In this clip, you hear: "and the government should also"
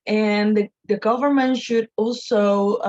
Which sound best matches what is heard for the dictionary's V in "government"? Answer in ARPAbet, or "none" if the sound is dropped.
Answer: V